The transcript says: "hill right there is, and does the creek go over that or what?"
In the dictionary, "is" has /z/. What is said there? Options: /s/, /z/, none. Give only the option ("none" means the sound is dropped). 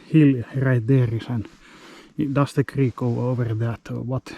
/s/